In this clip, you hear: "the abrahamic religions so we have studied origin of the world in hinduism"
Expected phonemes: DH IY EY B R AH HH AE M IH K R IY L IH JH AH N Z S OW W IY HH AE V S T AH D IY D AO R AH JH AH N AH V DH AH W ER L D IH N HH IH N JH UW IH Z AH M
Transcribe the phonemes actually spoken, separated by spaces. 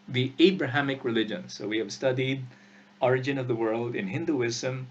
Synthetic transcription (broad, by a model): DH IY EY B R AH HH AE M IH K R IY L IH JH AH N S OW W IY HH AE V S T AH D IY D AO R AH JH AH N AH V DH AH W ER L D IH N HH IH N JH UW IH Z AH M